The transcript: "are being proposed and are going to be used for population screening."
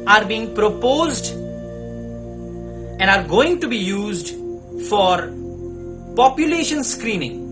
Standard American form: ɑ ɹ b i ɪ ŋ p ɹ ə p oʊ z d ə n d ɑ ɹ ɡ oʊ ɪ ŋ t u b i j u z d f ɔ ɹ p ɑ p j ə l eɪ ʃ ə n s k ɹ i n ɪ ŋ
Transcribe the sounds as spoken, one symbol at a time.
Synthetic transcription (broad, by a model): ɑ ɹ b i ɪ ŋ p ɹ ə p oʊ z d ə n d ɑ ɹ ɡ oʊ ɪ ŋ t u b i j u z d f ɔ ɹ p ɑ p j ə l eɪ ʃ ə n s k ɹ i n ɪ ŋ